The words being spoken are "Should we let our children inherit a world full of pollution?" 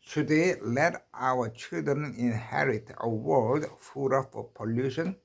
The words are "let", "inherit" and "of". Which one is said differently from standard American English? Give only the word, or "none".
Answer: of